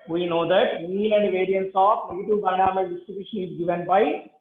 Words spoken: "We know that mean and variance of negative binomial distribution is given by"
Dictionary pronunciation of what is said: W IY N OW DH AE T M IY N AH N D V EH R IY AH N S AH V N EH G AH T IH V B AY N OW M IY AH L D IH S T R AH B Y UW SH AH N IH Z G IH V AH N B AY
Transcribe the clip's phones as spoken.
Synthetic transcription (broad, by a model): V IY N OW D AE T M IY L AH N D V EH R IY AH N S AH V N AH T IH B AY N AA M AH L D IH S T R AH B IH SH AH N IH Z G IH V AH N B AY